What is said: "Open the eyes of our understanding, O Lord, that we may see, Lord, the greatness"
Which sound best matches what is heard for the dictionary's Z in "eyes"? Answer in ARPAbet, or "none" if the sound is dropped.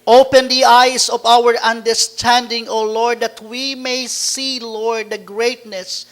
S